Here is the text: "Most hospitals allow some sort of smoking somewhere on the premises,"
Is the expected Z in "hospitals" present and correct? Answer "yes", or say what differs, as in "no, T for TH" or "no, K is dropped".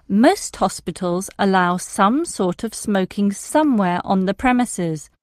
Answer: yes